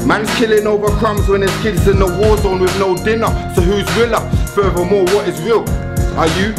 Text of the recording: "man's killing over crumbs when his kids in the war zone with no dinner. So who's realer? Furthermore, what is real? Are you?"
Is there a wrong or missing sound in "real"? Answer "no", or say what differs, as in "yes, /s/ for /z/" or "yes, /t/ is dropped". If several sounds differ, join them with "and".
yes, /w/ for /ɹ/